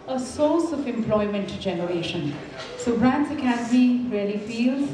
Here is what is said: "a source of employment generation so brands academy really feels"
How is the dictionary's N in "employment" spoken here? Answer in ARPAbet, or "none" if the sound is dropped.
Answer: N